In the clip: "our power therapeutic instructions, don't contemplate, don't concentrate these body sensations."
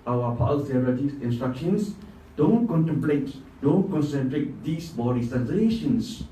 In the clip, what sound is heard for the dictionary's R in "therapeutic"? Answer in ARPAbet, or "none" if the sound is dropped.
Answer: none